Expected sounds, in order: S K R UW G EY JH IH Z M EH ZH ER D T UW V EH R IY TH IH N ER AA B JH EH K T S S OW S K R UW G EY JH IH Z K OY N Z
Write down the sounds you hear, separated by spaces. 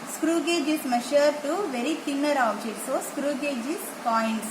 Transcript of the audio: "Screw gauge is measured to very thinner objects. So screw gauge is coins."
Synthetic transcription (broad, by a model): S K R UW G EY JH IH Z M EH SH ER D T UW V EH R IY T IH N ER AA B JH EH T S S OW S K R UW G EY JH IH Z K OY N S